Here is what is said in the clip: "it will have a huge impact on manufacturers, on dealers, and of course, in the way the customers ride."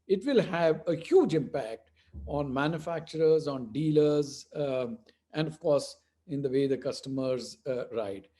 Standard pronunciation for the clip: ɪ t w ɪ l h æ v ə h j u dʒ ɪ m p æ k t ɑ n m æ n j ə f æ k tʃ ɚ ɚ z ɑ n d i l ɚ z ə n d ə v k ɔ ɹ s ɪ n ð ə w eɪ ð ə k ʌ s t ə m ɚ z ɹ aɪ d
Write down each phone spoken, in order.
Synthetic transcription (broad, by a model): ɪ t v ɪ l h æ v ə h j u dʒ ɪ m p æ k t ɑ n m æ n j ə f æ k tʃ ɚ ɚ z ɑ n d i l ɚ z ə n d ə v k ɔ ɹ s ɪ n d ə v eɪ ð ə k ʌ s t ə m ɚ z ɹ aɪ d